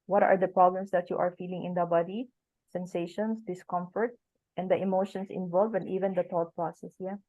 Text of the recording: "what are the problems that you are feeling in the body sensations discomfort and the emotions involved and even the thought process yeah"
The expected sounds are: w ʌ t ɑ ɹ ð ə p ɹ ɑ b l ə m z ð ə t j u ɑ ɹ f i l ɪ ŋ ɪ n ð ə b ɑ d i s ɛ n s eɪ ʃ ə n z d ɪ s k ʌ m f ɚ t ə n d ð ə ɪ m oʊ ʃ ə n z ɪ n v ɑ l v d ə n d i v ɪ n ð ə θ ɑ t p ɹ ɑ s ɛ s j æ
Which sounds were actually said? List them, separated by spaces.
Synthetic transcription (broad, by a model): w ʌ t ɑ ɹ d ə p ɹ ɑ b l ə m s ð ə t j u ɑ ɹ f i l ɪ ŋ ɪ n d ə b ɑ d i s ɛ n s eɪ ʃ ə n s d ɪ s k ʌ m f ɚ t ə n d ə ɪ m oʊ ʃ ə n s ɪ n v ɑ l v ə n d i v ɪ n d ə t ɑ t p ɹ ɑ s ɛ s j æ